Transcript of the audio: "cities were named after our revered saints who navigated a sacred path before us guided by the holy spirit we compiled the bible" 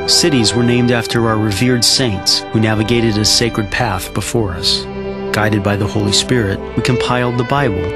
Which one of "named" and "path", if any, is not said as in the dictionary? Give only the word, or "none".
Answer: none